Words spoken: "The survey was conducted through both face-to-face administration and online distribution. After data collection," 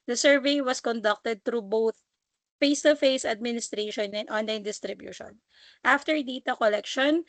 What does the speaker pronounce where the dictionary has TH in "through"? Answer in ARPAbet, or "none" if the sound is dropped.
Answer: T